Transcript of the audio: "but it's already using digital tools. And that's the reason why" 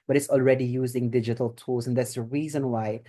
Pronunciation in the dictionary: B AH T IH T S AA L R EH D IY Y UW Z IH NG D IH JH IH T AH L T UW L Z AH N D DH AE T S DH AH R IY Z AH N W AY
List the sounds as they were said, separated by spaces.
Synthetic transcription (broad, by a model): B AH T IH T S AA L R EH D IY Y UW Z IH NG D IH JH IH T AH L T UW L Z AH N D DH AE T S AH R IY Z AH N W AY